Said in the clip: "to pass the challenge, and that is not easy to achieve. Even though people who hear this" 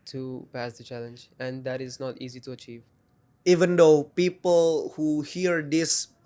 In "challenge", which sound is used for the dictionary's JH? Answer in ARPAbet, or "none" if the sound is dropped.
JH